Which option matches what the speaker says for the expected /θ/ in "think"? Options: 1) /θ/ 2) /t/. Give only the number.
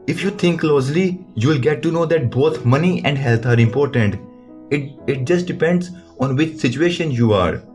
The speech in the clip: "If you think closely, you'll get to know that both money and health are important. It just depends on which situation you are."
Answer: 2